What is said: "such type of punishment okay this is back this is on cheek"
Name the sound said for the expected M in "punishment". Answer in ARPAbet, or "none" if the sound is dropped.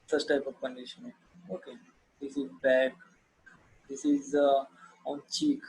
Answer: none